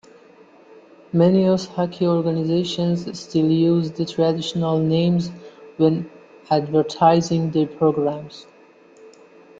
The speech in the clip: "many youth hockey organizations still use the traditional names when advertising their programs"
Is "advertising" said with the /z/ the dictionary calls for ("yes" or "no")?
yes